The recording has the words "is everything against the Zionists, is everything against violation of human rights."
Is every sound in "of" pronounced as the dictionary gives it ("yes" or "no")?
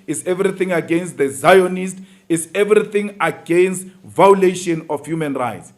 no